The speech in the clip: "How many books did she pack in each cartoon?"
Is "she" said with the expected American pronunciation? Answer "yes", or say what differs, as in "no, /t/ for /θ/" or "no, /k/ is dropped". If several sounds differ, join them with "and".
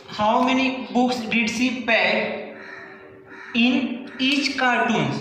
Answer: no, /s/ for /ʃ/